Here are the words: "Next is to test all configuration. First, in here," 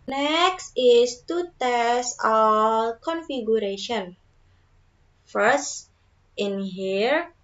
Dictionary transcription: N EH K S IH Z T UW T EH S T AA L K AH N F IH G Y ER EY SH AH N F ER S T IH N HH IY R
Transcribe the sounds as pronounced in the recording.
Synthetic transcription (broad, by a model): N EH K S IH S T UW T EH S AA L K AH N F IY G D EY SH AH N F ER S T IH N HH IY R